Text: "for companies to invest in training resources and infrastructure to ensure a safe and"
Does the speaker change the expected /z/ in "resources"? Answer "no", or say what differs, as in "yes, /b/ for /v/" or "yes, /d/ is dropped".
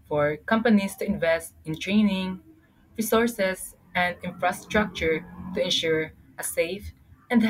yes, /s/ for /z/